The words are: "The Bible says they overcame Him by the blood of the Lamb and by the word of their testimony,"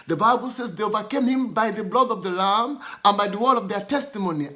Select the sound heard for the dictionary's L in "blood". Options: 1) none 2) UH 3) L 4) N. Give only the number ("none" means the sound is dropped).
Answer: 3